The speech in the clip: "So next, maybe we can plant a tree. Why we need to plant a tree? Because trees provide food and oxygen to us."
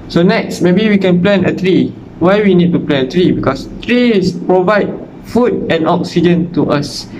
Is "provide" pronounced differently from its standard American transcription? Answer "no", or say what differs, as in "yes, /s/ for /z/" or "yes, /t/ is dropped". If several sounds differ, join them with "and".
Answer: no